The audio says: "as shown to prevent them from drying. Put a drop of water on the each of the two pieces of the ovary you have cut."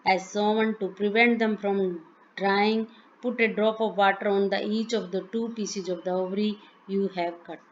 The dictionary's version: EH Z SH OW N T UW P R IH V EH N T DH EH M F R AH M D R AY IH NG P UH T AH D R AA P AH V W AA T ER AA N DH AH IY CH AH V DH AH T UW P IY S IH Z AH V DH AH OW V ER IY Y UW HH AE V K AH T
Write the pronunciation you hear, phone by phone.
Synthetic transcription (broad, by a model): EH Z S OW N T UW P R IH V EH N T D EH M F R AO M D R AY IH NG P UH T AH D R AA P AH V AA T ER AA N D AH IY CH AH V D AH T UW P IY S IH Z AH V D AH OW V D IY Y UW HH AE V K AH T